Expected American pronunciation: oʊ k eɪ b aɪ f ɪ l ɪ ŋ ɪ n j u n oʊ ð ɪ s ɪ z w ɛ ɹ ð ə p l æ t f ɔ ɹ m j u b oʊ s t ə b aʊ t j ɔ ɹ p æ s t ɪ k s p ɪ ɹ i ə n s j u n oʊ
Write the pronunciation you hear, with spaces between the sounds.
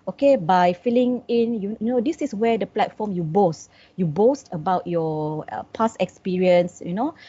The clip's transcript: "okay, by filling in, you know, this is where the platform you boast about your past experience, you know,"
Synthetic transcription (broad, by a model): oʊ k eɪ b aɪ f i l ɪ ŋ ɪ n j u n oʊ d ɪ s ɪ s w ɛ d ə p l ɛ t f ɔ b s j u b oʊ s t ə b aʊ t j ɔ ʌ p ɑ s ɪ k s p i ɹ i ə n s j u n oʊ